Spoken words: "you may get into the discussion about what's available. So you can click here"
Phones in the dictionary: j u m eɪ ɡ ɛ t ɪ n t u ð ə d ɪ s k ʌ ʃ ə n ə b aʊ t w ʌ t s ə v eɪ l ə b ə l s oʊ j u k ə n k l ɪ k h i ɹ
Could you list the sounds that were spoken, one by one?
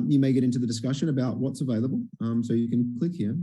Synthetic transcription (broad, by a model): j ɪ m eɪ ɡ ɛ t ɪ n t u ð ə d ɪ s k ʌ ʃ ə n ə b aʊ t w ʌ t s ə v eɪ l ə b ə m s oʊ j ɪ k ə n k l ɪ k h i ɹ